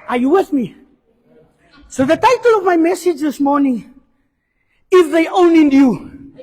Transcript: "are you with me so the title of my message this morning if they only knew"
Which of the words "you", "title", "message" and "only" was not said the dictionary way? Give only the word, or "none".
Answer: only